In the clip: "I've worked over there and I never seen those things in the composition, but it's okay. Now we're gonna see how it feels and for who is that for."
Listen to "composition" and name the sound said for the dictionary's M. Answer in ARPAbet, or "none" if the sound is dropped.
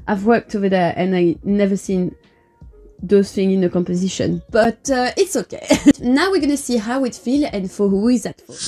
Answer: M